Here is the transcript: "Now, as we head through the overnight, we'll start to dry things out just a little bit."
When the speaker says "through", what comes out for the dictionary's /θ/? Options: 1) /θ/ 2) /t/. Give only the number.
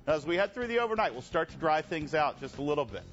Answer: 1